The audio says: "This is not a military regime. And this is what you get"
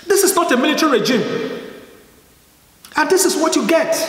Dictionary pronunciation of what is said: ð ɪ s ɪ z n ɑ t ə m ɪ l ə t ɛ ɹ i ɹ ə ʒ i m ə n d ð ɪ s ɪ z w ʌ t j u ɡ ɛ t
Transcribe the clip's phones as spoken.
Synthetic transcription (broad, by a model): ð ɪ s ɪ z n ɑ t ə m ɪ l ə t ɛ ɹ i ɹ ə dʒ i m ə n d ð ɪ s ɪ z w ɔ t j u ɡ ɛ t